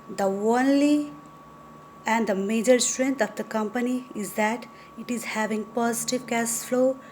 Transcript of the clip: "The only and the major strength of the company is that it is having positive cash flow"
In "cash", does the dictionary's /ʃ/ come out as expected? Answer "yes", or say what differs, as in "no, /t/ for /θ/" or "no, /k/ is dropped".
no, /s/ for /ʃ/